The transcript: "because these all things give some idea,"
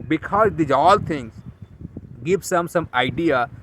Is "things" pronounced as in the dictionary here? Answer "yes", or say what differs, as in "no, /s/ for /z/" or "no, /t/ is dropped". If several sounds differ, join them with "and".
no, /t/ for /θ/